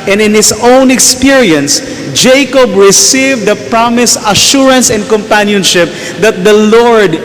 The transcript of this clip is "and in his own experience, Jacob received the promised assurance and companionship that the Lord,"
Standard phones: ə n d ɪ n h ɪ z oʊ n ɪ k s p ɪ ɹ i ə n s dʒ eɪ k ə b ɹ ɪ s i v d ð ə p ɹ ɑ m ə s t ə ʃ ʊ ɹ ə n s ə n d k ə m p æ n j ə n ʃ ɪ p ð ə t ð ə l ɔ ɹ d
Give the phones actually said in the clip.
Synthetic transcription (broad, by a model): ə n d ɪ n h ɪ s oʊ n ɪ k s p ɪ ɹ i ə n s dʒ eɪ k ə b ɹ ɪ s i v d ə p ɹ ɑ m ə s ə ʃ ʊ ɹ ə n s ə n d k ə m p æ n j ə n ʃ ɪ p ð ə t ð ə l ɔ ɹ d